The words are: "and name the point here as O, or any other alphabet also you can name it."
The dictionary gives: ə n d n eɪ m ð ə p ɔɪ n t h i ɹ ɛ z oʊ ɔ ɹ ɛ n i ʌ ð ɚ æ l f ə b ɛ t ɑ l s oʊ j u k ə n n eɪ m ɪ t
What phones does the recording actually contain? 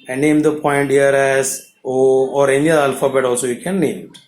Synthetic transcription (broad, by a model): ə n n eɪ m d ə p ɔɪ n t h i ɹ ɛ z oʊ ɔ ɹ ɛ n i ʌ ɚ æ l f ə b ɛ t ɑ l s oʊ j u k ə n n eɪ m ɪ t